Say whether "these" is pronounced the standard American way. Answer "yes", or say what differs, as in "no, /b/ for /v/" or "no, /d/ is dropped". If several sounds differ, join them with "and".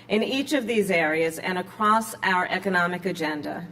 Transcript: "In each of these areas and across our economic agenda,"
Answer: yes